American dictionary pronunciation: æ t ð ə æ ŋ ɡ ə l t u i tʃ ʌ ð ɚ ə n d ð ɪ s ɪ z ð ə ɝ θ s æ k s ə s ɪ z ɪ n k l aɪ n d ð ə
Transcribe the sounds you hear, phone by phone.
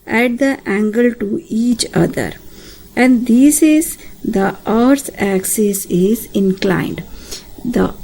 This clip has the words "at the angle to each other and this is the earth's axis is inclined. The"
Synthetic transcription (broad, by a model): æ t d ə æ ŋ ɡ ə l t u i tʃ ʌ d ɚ ə n d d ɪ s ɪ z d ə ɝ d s æ k s ə s ɪ z ɪ n k l aɪ n d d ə